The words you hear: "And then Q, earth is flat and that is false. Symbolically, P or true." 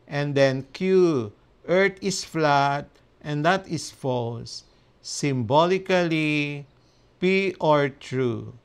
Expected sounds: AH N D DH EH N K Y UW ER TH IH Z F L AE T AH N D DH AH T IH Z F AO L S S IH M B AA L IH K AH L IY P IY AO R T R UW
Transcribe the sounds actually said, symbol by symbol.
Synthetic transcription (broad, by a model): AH N D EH N K Y UW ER T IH S F L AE T AH N D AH T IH S F AO L S S IH M B AA L IH K AH L IY P IY AO R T R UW